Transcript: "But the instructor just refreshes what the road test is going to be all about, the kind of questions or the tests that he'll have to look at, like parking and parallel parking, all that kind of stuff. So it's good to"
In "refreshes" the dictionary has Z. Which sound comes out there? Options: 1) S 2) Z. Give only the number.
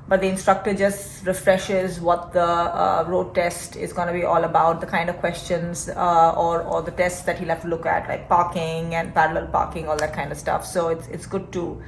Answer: 2